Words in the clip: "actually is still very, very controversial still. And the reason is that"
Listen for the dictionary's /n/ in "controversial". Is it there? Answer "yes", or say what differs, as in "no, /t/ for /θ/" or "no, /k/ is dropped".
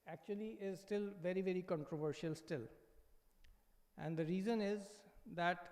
yes